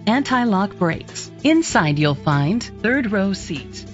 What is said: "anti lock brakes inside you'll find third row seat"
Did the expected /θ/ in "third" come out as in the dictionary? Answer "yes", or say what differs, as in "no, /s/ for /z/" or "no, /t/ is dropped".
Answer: yes